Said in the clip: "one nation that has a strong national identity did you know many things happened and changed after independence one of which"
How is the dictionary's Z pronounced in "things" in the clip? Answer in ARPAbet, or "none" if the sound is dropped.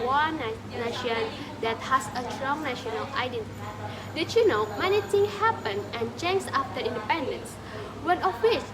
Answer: none